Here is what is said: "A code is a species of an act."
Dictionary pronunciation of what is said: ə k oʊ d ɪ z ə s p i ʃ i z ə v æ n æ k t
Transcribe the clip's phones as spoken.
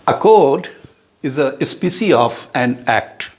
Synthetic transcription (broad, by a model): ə k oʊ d ɪ z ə s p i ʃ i ə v æ n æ k t